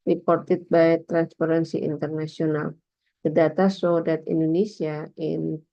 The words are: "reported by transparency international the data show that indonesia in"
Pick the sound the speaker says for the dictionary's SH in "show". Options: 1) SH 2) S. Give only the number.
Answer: 2